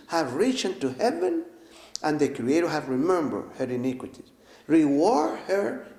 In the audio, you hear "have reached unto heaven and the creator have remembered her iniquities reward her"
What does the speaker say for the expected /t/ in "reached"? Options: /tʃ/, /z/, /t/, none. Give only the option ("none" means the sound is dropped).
none